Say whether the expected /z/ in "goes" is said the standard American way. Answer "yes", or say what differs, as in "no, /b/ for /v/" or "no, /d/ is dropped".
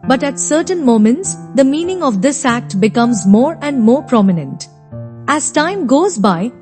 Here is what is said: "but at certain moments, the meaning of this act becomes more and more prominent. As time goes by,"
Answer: yes